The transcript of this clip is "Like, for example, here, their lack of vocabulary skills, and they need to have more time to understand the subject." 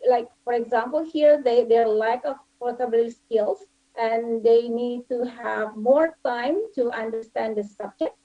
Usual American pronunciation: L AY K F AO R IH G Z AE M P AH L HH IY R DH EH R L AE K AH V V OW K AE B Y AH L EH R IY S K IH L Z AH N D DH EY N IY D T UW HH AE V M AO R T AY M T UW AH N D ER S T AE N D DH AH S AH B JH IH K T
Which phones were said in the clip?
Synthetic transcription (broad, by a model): L AY K F AO R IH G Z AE M P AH L HH IY R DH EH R L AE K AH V P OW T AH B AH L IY S K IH L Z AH N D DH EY N IY D T UW HH AE V M AO R T AY M T UW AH N D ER S T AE N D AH S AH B JH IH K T